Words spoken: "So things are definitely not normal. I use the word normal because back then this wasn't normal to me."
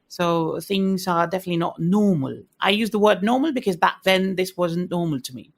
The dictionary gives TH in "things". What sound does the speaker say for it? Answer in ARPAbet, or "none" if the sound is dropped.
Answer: TH